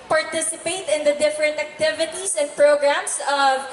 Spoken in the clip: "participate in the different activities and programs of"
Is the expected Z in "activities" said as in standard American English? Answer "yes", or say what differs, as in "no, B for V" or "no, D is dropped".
no, S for Z